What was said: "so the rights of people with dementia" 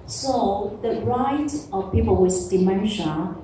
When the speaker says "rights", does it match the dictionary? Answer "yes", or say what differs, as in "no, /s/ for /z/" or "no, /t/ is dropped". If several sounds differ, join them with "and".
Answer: no, /s/ is dropped